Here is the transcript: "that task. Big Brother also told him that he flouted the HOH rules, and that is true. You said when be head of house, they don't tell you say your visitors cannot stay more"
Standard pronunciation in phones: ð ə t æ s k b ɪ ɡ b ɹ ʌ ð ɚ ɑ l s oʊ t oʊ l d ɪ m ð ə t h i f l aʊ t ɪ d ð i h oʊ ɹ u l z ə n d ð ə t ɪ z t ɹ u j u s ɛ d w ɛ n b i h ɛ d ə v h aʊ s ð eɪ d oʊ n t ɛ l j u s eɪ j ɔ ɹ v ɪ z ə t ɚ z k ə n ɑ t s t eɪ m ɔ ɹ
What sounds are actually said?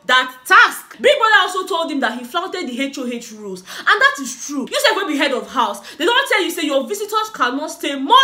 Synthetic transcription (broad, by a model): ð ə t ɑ s k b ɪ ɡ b ɔ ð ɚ ɑ l s oʊ t oʊ l d ɪ m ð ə t h i f l aʊ t ɪ d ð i h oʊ ɹ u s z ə n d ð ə t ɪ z t ɹ u j u s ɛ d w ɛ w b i h ɛ d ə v h aʊ s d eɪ d oʊ n t ɛ l j u s eɪ j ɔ v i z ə t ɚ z k ə n ɑ t s t eɪ m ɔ